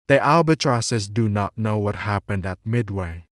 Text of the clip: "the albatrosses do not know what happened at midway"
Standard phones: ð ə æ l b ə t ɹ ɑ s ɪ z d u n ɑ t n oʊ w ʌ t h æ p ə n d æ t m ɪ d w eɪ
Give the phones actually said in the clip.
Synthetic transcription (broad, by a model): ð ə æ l b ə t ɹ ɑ s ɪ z d u n ɑ t n oʊ w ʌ t h æ p ə n d æ t m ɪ d w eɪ